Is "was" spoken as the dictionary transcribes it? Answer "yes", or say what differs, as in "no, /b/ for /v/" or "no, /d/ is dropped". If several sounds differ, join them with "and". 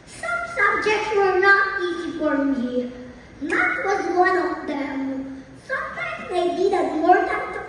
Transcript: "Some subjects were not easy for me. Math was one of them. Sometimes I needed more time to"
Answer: yes